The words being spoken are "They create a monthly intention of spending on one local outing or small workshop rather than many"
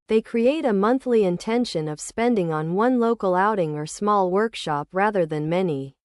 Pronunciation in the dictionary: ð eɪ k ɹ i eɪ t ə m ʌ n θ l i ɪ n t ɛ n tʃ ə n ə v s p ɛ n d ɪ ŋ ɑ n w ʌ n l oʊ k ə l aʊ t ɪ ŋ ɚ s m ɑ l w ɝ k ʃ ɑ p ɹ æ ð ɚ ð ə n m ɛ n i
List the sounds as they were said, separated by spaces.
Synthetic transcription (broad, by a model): ð eɪ k ɹ i eɪ t ə m ʌ n θ l i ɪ n t ɛ n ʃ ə n ə v s p ɛ n d ɪ ŋ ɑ n w ʌ n l oʊ k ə l aʊ t ɪ ŋ ɚ s m ɑ l w ɝ k ʃ ɑ p ɹ æ ð ɚ ð ə n m ɛ n i